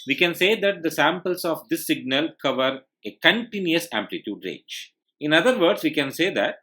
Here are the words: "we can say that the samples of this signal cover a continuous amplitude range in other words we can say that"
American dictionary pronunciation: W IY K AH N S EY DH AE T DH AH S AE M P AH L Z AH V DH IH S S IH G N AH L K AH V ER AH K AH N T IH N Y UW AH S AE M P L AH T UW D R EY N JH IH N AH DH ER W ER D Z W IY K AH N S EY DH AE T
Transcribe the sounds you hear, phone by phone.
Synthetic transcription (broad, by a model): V IY K AH N S EY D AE T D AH S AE M P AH L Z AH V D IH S S IH G N AH L K AH V ER AH K AH N T IH N Y UW AH S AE M P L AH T UW D R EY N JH IH N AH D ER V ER D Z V IY K AH N S EY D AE T